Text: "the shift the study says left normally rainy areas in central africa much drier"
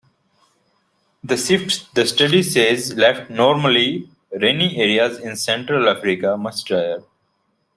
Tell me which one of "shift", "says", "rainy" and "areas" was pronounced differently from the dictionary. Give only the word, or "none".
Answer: shift